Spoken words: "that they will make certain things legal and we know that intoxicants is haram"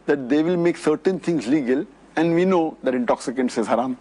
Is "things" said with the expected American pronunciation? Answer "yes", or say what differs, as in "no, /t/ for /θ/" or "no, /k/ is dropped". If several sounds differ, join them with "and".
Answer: no, /t/ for /θ/